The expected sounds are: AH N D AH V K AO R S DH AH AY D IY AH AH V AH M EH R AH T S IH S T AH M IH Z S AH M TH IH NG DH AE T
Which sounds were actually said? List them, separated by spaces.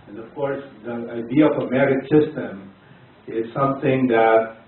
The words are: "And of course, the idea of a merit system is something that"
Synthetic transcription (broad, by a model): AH N AH V K AO R S DH AH AY D IY AH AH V AH M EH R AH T S IH S T AH M IH Z S AH M TH IH NG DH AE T